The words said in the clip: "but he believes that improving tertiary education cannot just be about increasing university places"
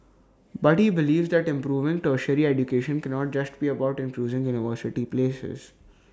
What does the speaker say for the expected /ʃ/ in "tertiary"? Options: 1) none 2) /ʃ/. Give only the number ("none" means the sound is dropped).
2